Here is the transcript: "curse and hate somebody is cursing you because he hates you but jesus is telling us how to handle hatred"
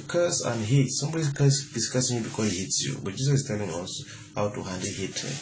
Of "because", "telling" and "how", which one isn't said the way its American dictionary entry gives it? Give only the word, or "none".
because